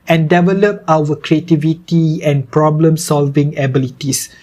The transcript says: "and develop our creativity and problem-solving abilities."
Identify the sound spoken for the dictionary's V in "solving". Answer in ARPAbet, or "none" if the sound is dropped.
V